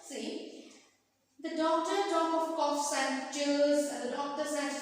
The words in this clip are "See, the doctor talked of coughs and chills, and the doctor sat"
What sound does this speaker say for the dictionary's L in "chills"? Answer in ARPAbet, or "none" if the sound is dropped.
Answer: none